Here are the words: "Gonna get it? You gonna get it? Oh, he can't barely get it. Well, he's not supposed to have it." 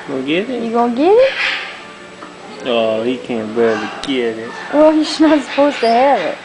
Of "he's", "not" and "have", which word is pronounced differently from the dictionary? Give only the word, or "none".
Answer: he's